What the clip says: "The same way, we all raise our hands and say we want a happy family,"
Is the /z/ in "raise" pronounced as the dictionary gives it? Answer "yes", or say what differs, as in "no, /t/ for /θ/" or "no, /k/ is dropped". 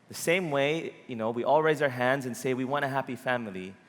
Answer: yes